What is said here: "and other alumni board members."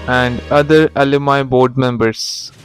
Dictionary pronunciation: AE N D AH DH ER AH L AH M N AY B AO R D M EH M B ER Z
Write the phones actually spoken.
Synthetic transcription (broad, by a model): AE N D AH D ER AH L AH M AY B AO R D M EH M B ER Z